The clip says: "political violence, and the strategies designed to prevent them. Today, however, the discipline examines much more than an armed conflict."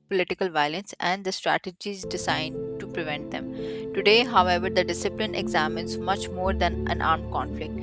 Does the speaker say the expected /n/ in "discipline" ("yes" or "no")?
yes